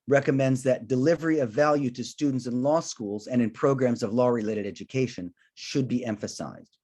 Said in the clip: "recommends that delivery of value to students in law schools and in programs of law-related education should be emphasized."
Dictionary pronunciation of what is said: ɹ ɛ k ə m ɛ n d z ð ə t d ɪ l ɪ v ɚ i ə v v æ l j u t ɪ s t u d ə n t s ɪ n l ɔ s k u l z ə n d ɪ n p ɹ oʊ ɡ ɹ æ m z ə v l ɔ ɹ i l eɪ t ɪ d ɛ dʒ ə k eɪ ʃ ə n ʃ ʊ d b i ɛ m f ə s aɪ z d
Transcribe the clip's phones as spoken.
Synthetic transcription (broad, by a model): ɹ ɛ k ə m ɛ n d z ð ə t d ɪ l ɪ v ɚ i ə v v æ l j u t ɪ s t u d n t s ɪ n l ɔ s k u l z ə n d ɪ n p ɹ oʊ ɡ ɹ æ m z ə v l ɔ ɹ i l eɪ t ɪ d ɛ dʒ ə k eɪ ʃ ə n ʃ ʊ d b i ɛ m f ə s aɪ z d